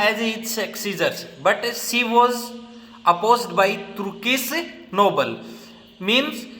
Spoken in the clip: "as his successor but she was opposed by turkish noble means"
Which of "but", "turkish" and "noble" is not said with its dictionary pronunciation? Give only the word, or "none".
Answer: turkish